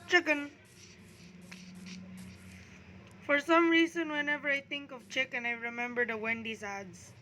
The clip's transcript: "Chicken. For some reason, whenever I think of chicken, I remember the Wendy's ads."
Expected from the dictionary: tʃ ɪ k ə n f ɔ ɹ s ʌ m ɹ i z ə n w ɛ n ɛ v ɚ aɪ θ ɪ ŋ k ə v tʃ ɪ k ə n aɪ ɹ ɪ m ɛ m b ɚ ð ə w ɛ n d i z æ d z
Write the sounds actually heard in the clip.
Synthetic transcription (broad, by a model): tʃ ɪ k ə n f ɔ ɹ s ʌ m ɹ i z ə n w ɛ n ɛ v ɚ aɪ t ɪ ŋ k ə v tʃ ɪ k ə n aɪ ɹ ɪ m ɛ m b ɚ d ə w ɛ n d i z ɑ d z